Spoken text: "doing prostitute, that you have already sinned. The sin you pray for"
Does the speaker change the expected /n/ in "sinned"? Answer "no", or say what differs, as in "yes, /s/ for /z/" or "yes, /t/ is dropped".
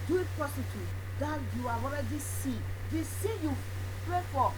yes, /n/ is dropped